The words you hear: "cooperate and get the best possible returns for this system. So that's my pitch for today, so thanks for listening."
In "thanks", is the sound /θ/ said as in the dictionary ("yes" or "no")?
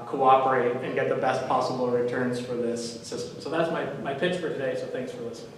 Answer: yes